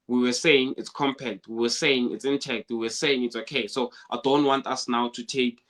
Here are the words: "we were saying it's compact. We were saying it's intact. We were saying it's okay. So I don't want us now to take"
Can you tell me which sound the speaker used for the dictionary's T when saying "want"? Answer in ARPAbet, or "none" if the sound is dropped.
T